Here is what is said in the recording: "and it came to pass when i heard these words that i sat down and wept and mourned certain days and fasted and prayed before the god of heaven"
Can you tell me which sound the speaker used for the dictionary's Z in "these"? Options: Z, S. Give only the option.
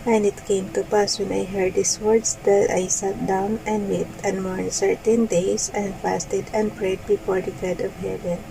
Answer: S